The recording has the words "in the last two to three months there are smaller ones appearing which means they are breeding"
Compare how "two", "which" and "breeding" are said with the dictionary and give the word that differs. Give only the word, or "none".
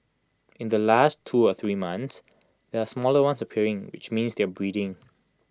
none